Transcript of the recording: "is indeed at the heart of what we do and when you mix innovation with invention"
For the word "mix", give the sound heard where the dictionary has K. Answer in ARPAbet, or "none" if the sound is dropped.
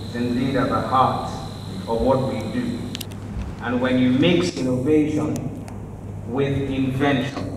K